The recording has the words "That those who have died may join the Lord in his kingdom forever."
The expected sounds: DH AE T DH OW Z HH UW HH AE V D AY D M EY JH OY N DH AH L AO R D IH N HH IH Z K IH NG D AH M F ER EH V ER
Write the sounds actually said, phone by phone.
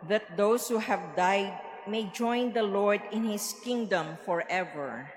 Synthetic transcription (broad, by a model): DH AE T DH OW S HH UW HH AE V D AY D M EY JH OY N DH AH L AO R D IH N HH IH S K IH NG D AH M F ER EH V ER